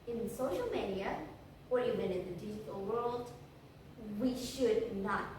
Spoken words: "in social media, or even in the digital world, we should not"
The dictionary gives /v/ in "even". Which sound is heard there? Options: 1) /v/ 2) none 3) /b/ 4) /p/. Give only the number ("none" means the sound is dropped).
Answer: 3